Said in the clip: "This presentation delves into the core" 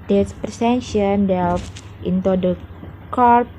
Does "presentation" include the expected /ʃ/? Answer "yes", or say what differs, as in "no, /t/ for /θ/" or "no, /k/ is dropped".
no, /ʃ/ is dropped